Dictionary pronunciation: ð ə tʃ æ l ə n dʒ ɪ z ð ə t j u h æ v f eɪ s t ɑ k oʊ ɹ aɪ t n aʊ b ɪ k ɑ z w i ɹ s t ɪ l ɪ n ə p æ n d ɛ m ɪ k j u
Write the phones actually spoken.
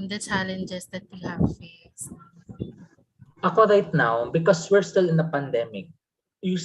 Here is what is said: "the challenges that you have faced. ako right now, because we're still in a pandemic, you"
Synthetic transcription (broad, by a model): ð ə tʃ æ l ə n dʒ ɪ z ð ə t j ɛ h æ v f eɪ s t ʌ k oʊ ɹ aɪ t n aʊ b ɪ k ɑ s w i ɹ s t ɪ l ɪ n ə p æ n d ɛ m ɪ k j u